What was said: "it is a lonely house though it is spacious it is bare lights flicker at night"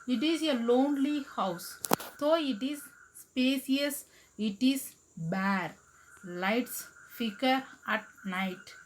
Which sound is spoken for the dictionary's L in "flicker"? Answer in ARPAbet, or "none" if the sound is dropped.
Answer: none